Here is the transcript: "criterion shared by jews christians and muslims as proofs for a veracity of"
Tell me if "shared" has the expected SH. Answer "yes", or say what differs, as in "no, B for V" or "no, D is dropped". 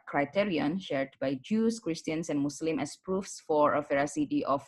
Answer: yes